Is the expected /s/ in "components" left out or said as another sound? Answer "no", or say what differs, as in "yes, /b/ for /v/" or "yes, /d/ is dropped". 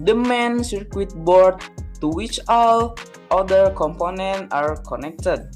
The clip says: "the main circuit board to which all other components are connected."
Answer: yes, /s/ is dropped